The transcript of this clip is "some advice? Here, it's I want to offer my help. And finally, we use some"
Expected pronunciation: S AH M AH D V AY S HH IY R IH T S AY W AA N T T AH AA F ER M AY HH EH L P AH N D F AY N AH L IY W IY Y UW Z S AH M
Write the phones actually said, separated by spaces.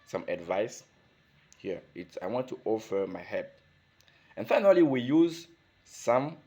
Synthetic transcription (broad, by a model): S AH M AH D V AY S HH IY R IH T S AY W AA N T T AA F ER M AY HH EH P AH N F AY N AH L IY W IY Y UW Z S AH M